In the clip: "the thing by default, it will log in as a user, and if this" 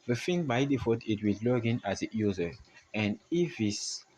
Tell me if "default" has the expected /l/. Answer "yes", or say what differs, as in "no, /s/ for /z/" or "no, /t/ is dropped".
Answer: no, /l/ is dropped